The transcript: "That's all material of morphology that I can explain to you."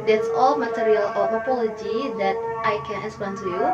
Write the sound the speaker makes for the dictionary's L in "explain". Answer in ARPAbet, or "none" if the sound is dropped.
none